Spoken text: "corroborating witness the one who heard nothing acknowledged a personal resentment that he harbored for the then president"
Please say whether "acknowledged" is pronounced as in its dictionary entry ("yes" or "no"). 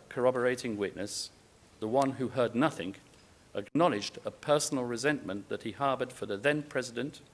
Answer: yes